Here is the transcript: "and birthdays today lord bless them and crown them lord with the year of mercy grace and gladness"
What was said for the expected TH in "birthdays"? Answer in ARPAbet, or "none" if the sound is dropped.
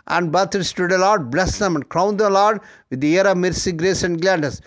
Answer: T